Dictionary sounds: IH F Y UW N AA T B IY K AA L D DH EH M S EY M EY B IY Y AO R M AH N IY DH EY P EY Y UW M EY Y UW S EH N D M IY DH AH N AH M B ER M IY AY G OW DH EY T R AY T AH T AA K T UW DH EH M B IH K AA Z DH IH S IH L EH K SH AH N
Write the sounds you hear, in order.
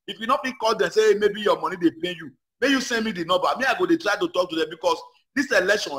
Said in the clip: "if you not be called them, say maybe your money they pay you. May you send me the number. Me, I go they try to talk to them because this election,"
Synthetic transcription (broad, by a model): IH F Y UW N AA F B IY K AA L D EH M S EY M EY B IY Y AO M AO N IY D EY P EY Y UW M EY Y UW S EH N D M IY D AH N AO B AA M IY AY G OW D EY T R AY T AH T AA K T UW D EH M B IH K AA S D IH S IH L EH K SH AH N